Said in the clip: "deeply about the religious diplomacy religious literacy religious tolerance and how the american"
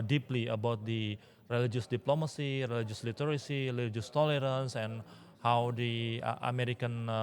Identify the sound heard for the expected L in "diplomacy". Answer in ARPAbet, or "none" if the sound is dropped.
L